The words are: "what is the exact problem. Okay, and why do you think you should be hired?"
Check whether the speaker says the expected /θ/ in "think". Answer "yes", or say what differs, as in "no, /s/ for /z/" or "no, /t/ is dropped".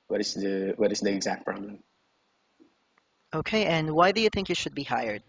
yes